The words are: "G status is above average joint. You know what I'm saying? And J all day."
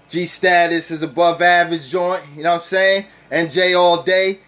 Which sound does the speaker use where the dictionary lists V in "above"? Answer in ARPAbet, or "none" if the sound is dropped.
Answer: V